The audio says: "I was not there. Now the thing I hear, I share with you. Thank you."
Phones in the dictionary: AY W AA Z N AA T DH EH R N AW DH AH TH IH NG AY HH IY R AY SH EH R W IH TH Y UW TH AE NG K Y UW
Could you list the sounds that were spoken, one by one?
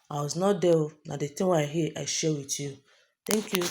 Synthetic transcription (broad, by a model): AY W AA Z N AA T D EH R N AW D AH T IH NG AY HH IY AY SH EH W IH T Y UW T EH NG K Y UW